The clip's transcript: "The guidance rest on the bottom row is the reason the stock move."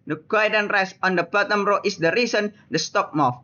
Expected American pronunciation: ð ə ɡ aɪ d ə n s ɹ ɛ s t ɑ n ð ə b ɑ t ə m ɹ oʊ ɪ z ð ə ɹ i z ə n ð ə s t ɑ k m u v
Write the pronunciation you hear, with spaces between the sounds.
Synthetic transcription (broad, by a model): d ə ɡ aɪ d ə n ɹ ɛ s ɑ n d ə b ɑ t ə m ɹ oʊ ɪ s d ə ɹ i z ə n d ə s t ɑ k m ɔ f